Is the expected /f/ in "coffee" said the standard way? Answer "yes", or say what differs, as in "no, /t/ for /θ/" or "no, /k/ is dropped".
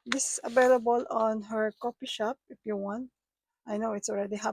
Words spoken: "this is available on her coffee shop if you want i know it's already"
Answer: no, /p/ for /f/